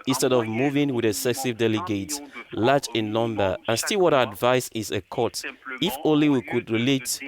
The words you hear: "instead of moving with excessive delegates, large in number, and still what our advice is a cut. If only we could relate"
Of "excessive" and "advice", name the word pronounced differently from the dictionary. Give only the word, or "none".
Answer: excessive